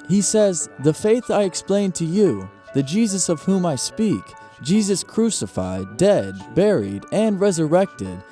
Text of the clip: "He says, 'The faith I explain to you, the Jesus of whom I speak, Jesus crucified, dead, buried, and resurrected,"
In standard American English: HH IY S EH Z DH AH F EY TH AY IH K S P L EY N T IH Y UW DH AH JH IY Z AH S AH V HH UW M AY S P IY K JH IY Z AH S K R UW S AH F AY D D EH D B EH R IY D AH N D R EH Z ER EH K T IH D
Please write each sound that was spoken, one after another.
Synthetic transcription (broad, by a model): HH IY S EH Z DH AH F EY TH AY IH K S P L EY N T IH Y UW DH AH JH IY Z AH S AH V HH UW M AY S P IY K JH IY Z AH S K R UW S AH F AY D D EH D B EH R IY D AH N R EH Z ER EH K T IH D